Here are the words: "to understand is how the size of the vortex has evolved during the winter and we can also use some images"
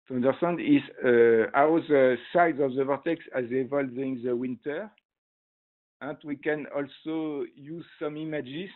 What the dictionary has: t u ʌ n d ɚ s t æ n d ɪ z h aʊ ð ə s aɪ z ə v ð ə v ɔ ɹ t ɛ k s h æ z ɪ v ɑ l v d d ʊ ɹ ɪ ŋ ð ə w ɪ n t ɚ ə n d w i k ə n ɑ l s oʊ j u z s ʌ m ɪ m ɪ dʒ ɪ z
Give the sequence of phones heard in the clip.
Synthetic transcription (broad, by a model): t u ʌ n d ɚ s t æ n d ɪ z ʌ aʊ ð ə s aɪ z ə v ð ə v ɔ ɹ t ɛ k s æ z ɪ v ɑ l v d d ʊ ɪ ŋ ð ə w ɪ n t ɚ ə n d w i k ə n ɑ l s oʊ j u z s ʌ m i m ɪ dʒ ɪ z